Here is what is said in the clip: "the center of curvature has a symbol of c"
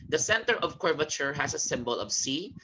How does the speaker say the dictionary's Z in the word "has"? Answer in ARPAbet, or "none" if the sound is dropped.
S